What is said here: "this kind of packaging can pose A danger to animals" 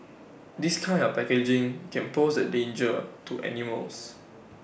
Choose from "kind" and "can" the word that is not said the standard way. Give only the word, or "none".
kind